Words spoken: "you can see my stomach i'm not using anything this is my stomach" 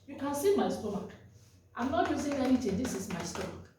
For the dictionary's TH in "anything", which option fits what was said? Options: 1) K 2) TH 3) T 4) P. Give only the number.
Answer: 3